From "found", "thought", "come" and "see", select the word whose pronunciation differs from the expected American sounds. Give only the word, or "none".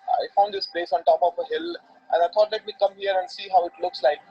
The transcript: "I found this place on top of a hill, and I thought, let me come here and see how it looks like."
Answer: thought